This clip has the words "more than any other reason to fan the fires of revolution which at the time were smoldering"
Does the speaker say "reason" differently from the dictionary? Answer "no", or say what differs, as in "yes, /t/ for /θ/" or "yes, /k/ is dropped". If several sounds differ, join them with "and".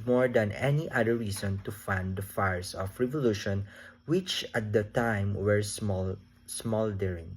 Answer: yes, /s/ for /z/